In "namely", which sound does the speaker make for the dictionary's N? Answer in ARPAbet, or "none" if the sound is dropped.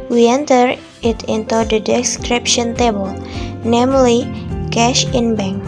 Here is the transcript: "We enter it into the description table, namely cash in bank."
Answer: N